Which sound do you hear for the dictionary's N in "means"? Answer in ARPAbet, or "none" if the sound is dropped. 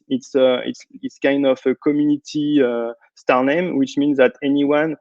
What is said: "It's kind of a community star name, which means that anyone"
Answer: N